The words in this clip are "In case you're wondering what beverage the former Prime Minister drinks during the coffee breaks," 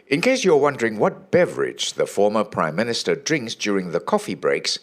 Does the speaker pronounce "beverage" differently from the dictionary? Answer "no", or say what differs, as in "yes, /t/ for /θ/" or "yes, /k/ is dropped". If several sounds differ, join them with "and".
no